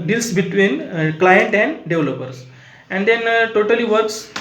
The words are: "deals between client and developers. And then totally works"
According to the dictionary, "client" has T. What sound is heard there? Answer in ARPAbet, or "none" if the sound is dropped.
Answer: T